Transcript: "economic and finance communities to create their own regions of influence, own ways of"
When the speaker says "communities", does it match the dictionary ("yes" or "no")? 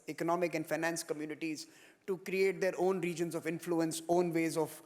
yes